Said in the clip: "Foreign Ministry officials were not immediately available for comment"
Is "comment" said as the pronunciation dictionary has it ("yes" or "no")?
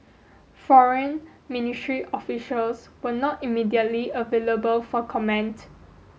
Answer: yes